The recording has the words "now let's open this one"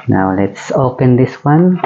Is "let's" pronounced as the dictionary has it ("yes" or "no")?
yes